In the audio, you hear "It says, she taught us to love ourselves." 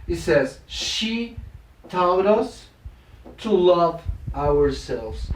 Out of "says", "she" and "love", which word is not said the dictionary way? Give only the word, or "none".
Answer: none